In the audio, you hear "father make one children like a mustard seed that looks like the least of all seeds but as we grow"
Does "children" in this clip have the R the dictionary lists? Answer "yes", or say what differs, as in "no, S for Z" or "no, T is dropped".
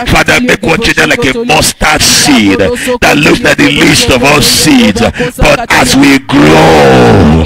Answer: no, R is dropped